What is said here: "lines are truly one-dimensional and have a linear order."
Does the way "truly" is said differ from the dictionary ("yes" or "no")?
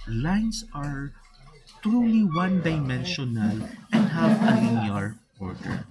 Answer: no